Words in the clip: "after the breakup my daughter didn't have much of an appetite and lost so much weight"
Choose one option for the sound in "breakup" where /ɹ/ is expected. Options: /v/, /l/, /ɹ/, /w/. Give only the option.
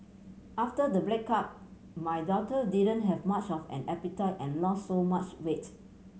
/l/